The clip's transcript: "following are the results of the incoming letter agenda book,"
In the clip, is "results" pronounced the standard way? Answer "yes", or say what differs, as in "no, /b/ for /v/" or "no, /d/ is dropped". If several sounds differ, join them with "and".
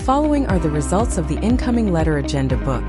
yes